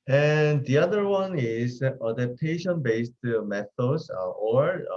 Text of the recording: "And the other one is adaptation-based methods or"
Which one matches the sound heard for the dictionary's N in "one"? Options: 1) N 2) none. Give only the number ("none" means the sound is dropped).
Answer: 1